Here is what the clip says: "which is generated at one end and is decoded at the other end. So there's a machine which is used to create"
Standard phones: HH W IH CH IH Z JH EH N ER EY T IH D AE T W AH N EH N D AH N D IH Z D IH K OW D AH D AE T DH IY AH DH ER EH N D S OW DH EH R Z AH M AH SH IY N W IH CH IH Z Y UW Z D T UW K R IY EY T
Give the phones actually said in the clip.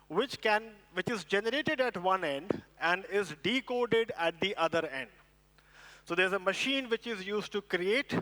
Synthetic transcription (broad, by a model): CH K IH CH IH Z JH EH N ER EY T IH D AE T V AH N EH N D AH N D IH Z D IH K OW D AH D AE T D IY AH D ER EH N D S OW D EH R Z AH M AH SH IY N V IH CH IH Z Y UW Z D T UW K R IY EY T